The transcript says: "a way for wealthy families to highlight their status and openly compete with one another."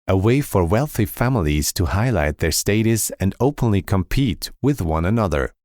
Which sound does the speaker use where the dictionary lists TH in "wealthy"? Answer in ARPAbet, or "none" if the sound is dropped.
TH